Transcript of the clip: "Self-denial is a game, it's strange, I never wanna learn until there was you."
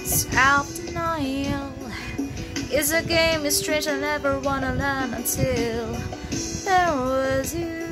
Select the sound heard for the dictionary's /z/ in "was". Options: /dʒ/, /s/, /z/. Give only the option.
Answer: /z/